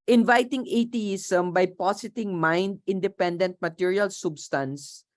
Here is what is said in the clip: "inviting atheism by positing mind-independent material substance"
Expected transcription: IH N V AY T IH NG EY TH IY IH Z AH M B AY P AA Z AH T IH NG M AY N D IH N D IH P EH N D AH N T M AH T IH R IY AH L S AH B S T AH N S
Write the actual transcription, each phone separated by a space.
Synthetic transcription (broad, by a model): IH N V AY T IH NG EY T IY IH S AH M B AY P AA S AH T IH NG M AY N D IH N D IH P EH N D AH N T M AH T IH R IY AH L S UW B S T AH N S